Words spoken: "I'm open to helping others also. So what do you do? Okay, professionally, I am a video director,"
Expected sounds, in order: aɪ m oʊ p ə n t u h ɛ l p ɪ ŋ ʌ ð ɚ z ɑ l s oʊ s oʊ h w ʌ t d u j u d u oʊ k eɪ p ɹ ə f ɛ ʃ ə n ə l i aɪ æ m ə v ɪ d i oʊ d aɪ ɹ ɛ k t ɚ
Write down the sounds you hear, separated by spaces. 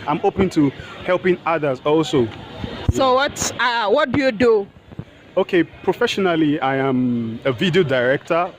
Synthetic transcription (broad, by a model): aɪ m oʊ p ə n t u h ɛ l p ɪ ŋ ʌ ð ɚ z ɑ l s oʊ s oʊ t w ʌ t d u j u d u oʊ k eɪ p ɹ ə f ɛ ʃ ə n ə l i aɪ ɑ m ə v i d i oʊ d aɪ ɹ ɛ k t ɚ